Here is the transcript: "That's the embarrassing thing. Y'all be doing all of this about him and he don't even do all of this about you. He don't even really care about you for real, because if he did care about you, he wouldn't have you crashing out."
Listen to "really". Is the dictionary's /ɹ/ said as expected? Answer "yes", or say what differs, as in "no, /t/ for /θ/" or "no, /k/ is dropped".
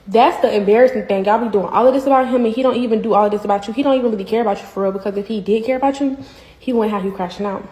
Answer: no, /w/ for /ɹ/